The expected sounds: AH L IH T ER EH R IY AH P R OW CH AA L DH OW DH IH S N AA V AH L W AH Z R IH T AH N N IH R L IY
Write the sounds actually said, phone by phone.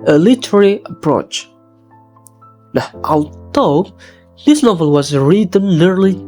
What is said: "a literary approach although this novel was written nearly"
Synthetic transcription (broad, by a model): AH L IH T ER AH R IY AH P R OW CH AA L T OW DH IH S N AA V AH L W AH Z R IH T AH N N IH R L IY